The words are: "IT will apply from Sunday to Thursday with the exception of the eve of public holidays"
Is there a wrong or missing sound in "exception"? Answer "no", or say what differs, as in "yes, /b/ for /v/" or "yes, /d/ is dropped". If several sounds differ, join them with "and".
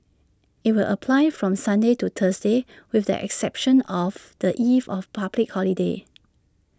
no